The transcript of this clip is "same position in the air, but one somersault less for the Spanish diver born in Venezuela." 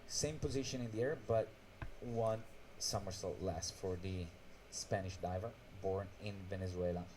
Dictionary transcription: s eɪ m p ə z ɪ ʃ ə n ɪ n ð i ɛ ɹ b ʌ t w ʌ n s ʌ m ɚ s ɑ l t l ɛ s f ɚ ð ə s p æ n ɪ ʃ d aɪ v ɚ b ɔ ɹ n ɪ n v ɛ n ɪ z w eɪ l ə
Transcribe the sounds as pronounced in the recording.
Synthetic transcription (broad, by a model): s eɪ m p ə z ɪ ʃ ə n ɪ n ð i ɛ ɹ b ʌ t w ʌ n s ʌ m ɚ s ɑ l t l ɛ s f ɚ ð ə s p æ n ɪ ʃ d aɪ v ɚ b ɔ ɹ n ɪ n v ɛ n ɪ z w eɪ l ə